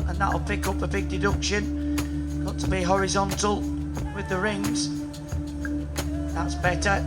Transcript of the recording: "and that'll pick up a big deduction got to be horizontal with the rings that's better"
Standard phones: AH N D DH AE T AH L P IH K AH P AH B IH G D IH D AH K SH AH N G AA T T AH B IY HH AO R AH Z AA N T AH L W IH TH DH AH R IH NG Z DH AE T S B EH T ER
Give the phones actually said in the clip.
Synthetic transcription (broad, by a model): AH N DH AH T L P IH K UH P AH B IH G D IH D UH K SH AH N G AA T T AH B IY HH AO R AH Z AA N T AH L W IH DH AH R IH NG Z DH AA T S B EH T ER